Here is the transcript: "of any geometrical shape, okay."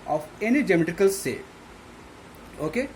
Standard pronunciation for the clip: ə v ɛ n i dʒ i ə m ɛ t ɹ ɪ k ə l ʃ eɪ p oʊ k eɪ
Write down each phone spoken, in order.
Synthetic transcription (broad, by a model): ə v ɛ n i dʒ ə m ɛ t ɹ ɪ k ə l s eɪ oʊ k eɪ